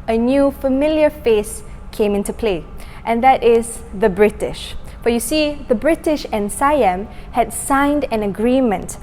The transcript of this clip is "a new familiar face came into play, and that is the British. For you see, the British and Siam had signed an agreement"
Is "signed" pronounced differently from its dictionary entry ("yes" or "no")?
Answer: no